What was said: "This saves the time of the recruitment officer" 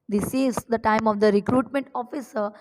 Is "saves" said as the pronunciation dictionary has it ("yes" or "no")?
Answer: no